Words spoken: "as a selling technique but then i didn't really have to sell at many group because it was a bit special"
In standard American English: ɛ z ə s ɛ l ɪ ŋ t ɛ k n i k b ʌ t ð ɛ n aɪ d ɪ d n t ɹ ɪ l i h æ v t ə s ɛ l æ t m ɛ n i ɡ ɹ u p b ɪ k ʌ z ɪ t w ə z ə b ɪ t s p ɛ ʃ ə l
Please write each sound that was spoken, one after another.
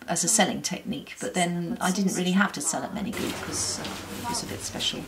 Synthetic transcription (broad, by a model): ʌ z ə s ɛ l ɪ ŋ t ɛ k n i k b ʌ t ð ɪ n aɪ d ɪ d n t ɹ ɪ l i h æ f t ə s ɛ l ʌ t m ɛ n i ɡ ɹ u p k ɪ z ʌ ɪ t w ə z ə b ɪ t s p ɛ ʃ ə l